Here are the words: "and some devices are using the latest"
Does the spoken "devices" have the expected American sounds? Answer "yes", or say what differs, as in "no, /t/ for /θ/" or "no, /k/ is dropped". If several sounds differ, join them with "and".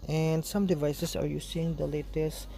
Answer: no, /s/ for /z/